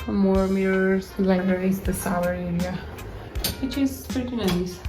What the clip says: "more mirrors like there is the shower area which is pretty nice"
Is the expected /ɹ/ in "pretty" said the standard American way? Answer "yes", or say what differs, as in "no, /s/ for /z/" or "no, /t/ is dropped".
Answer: no, /ɹ/ is dropped